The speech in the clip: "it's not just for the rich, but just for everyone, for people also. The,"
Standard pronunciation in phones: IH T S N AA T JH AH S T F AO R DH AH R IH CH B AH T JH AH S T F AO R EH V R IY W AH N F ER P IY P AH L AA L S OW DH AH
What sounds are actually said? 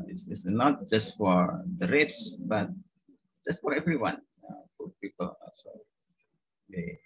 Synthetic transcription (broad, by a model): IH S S N AA T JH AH S T F AO R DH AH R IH S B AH T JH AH S T F AO R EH V R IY W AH N F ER P IY P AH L L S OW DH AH